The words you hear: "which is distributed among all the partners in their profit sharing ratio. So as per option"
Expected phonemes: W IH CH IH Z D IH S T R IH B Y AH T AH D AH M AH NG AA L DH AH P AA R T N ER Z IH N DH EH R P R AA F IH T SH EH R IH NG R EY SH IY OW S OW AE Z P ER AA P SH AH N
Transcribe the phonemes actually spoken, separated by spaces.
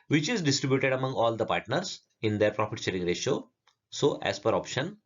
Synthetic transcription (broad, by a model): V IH CH IH Z D IH S T R IH B Y AH T AH D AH M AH NG AA L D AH P AA R T N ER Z IH N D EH R P R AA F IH T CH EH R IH NG R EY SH OW S OW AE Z P ER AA P SH AH N